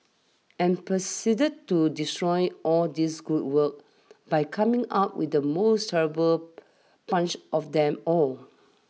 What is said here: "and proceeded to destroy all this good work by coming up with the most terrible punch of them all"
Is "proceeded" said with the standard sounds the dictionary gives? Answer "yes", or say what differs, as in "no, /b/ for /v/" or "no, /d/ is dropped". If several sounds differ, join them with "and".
no, /ɹ/ is dropped